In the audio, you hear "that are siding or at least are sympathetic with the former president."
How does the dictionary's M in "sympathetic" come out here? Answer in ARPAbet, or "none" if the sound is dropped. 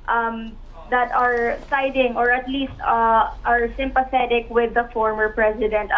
M